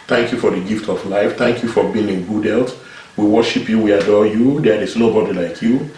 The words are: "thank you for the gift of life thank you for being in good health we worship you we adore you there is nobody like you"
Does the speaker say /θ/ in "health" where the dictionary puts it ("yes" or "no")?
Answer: no